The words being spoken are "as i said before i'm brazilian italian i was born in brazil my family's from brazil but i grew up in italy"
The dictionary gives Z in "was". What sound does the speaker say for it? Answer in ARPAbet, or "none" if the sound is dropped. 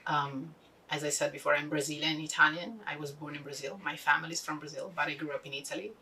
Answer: Z